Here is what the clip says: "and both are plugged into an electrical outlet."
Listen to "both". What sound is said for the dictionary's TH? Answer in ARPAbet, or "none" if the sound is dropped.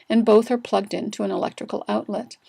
TH